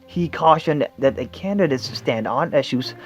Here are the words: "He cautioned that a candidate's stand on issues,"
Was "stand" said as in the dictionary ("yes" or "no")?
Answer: yes